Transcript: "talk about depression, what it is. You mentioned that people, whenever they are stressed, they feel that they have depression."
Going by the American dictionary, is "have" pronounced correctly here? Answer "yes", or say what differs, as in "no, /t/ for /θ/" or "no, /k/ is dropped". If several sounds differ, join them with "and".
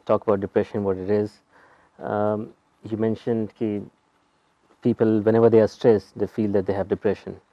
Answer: yes